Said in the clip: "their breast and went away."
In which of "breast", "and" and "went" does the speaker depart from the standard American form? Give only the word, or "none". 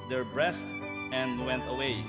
none